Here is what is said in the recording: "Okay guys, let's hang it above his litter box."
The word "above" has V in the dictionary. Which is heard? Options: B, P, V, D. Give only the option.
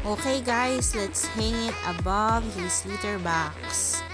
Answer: V